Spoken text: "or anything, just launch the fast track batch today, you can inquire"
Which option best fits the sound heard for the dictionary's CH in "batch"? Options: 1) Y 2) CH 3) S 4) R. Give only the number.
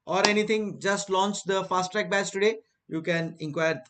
3